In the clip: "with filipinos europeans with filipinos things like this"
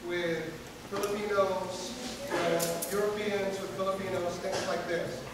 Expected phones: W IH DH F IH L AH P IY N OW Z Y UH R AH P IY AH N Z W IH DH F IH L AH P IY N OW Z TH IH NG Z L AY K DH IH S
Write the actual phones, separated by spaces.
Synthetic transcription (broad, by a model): W IH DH F IH L AH P IY N OW Z Y UH R AH P IY AH N Z W IH DH F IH L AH P IY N OW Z TH IH NG Z L AY K DH IH S